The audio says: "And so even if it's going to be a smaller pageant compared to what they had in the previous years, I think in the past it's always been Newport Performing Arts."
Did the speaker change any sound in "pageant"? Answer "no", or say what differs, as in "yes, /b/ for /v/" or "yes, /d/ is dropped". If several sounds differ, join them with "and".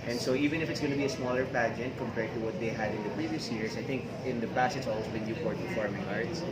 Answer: no